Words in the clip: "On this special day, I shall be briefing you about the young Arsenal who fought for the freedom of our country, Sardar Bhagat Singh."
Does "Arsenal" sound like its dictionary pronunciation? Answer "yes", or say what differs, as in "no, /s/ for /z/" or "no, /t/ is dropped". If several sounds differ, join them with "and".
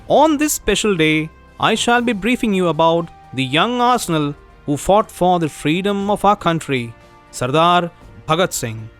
yes